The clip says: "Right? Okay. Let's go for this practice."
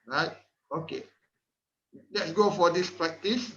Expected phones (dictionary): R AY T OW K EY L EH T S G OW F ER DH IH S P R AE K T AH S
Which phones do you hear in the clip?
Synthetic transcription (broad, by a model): R AY T OW K EY L EH T S G OW F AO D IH S P R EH K T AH S